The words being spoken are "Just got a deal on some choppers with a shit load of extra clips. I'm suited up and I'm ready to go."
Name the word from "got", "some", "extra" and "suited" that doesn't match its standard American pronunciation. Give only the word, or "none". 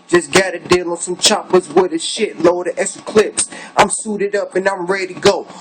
extra